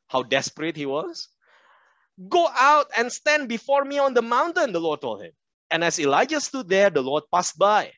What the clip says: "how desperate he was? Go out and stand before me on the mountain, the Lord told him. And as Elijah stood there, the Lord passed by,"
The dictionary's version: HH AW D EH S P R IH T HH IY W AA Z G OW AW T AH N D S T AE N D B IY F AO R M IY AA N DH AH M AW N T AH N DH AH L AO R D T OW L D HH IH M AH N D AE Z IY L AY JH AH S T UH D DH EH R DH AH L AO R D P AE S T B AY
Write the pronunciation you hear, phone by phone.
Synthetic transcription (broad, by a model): HH AW D EH S P R IH T HH IY W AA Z G OW AW T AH N S T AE N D B IY F AO R M IY AA N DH AH M AW N T AH N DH AH L AO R D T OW L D HH IH M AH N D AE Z IY L AY JH AH S T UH D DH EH R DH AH L AO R D P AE S T B AY